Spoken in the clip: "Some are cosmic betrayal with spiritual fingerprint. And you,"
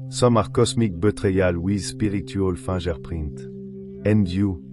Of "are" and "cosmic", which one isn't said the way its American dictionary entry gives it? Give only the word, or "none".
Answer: cosmic